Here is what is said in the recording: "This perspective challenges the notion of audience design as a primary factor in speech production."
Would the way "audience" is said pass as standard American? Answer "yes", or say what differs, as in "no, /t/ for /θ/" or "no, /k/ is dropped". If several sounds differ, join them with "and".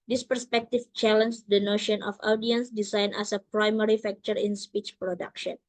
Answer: yes